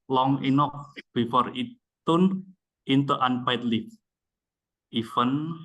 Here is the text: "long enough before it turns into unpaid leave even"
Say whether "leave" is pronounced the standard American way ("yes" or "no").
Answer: no